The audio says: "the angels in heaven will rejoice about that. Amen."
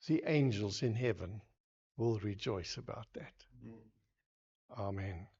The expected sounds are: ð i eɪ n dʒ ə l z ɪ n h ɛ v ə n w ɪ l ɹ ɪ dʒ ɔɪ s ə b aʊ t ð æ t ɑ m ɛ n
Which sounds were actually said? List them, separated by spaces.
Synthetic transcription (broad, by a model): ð i eɪ n dʒ ə l z ɪ n h ɛ v ə n w ɪ l ɹ ɪ dʒ ɔɪ s ə b aʊ t ð æ t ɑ m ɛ n